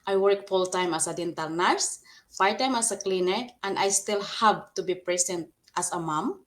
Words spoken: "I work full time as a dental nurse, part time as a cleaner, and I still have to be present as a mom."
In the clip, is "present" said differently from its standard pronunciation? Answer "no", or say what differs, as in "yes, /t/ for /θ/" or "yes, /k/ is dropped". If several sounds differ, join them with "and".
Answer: yes, /s/ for /z/